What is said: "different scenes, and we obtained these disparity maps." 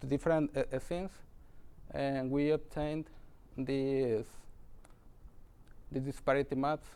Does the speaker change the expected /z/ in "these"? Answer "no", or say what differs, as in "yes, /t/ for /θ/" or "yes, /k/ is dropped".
yes, /z/ is dropped